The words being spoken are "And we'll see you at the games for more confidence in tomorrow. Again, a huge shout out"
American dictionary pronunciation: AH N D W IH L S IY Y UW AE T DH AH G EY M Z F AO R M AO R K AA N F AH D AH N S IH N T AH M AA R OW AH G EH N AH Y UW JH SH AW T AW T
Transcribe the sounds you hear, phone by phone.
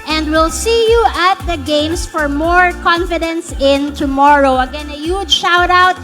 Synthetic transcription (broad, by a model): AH N D W IH L S IY Y UW AE T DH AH G EY M S F AO R M AO R K AA N F AH D AH N S IH N T AH M AA R OW AH G EH N AH Y UW JH SH AW T AW T